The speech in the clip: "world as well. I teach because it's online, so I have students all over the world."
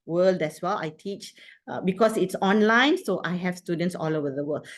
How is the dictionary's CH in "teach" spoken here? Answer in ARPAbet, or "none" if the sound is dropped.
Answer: CH